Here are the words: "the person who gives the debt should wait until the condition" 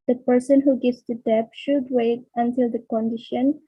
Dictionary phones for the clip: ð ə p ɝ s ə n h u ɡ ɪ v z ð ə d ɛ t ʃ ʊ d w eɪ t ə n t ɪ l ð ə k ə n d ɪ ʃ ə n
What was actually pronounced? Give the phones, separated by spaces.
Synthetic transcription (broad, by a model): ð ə p ɝ s ə n h u ɡ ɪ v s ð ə d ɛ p ʃ ʊ d w eɪ t ə n t ɪ l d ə k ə n d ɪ ʃ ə n